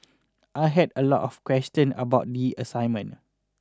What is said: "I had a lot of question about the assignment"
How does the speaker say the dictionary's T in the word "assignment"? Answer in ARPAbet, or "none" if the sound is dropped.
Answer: none